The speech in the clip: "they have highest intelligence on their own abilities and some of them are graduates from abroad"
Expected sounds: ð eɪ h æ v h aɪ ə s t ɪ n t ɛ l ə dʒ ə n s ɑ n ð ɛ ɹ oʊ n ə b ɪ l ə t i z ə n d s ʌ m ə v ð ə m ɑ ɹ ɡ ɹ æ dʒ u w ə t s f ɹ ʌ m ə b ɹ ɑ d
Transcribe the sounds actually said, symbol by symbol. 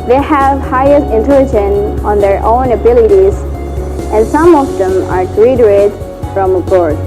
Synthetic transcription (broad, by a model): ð eɪ h æ v h aɪ ə s t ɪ n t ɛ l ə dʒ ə n ɑ n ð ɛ ɹ oʊ n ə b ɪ l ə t i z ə n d s ʌ m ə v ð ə m ɑ ɹ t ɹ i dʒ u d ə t f ɹ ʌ m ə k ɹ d